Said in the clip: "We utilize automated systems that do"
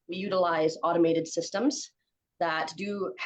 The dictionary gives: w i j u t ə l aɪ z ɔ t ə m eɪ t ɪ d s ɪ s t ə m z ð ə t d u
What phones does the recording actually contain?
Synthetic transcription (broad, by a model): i j u t ə l aɪ z ɔ t ə m eɪ t ɪ d s ɪ s t ə m z ð ə t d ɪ